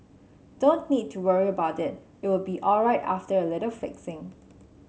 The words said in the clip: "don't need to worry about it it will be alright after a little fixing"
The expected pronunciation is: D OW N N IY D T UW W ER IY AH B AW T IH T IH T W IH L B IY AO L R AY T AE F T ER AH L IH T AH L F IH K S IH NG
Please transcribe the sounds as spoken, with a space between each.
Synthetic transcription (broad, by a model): D OW N N IY D T UW W ER IY AH B AW T IH T IH T W IH L B IY AO L R AY T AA F T ER AH L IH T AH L F IH K S IH NG